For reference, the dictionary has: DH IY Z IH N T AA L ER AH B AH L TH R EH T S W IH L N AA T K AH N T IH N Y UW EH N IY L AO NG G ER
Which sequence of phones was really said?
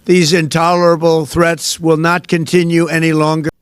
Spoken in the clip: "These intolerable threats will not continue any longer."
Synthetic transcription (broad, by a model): DH IY Z IH N T AA L ER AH B L TH R EH T S W IH L N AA T K AH N T IH N Y UW EH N IY L AO NG G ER